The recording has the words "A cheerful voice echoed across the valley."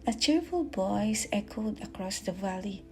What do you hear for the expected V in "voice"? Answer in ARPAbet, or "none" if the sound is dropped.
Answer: B